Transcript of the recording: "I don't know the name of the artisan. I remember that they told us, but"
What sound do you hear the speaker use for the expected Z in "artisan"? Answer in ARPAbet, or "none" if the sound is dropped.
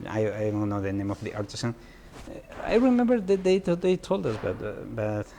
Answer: S